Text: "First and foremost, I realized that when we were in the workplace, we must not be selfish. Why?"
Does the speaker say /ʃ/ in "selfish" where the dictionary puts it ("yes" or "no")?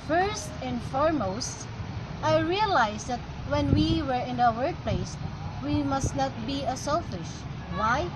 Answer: yes